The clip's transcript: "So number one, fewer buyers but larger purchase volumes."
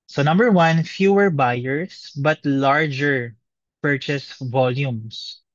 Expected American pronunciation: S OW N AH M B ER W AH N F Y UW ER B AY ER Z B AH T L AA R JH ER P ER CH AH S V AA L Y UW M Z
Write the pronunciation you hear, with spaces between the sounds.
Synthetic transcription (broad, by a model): S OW N AH M B ER W AH N F Y UW ER B AY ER S B AH T L AA R JH ER P ER CH AH S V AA L Y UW M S